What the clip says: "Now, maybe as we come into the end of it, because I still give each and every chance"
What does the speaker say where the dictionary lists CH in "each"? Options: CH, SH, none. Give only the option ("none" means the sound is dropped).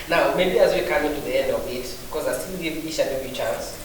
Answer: SH